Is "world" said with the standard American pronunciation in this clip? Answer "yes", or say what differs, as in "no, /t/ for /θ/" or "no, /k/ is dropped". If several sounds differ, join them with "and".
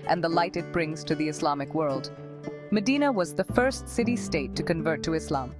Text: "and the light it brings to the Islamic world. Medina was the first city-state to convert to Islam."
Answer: yes